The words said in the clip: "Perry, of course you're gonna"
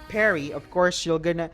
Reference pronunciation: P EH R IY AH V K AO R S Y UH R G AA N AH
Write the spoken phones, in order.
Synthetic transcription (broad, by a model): P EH R IY AH V K AO R S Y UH L G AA N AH